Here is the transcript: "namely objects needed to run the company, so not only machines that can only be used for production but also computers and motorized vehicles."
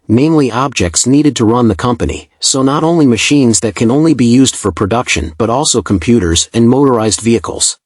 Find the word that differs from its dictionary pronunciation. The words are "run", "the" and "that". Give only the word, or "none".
none